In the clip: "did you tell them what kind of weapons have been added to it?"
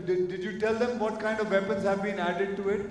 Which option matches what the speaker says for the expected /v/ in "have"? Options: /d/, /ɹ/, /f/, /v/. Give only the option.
/v/